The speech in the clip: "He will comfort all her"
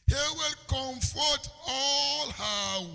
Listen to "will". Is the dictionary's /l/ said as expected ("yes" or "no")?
yes